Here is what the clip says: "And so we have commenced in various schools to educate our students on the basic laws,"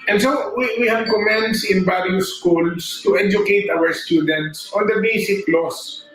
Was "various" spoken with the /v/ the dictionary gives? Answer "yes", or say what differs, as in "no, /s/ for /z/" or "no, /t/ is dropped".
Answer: no, /b/ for /v/